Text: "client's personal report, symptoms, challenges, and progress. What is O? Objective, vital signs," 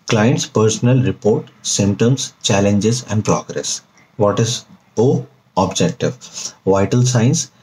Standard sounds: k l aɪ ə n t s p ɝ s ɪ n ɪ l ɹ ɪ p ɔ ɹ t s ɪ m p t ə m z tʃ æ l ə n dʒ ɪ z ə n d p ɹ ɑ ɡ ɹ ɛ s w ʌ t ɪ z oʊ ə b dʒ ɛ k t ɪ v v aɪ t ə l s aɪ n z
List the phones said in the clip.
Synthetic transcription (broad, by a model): k l aɪ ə n t s p ɝ s ɪ n ɪ l ɹ ɪ p ɔ ɹ t s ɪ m t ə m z tʃ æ l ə n dʒ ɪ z ə n d p ɹ ɑ ɡ ɹ ɛ s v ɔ t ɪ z oʊ ə b dʒ ɛ k t ɪ v v aɪ t ə l s aɪ n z